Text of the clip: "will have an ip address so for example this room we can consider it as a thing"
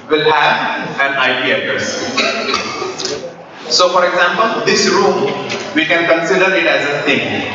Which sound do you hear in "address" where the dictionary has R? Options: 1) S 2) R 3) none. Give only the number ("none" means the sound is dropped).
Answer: 3